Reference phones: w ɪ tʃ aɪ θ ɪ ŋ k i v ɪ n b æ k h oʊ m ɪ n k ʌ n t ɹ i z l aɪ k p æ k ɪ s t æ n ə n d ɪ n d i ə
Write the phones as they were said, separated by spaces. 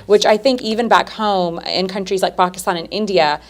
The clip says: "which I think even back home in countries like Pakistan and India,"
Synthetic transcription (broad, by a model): w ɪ tʃ aɪ θ ɪ ŋ k i v ɪ n b æ k h oʊ m ɪ n k ʌ n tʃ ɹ i z l aɪ k p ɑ k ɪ s t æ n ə n ɪ n d i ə